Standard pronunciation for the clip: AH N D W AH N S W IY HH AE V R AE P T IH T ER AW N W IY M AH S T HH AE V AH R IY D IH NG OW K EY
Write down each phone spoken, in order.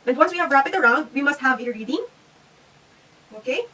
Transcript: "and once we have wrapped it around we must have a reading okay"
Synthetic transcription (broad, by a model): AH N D W AH N S W IY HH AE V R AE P IH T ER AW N W IY M AH S T HH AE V AH R IY D IH NG OW K EY